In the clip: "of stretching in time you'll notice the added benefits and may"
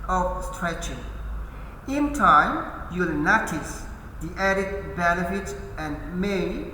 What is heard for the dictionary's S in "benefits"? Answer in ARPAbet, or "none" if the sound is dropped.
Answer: none